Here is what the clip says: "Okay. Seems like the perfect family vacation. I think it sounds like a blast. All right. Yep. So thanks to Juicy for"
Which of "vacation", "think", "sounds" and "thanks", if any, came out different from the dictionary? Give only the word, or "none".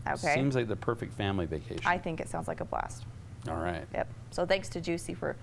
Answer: vacation